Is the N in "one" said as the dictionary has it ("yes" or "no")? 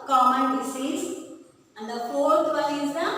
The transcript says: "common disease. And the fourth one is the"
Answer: no